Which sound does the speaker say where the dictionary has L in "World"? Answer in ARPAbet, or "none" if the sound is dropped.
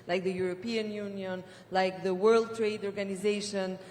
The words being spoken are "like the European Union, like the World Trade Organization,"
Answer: L